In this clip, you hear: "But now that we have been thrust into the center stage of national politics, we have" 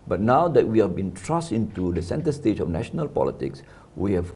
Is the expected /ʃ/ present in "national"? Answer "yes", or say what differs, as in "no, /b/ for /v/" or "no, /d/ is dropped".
yes